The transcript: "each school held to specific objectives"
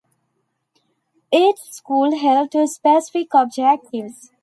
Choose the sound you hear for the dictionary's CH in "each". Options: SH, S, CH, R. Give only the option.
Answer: S